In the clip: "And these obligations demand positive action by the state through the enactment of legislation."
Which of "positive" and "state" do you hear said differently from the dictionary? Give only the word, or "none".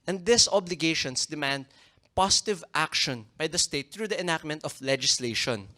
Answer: positive